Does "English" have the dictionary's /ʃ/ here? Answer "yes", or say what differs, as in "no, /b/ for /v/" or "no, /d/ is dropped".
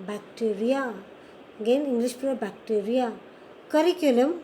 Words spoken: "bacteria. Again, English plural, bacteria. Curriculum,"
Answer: no, /s/ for /ʃ/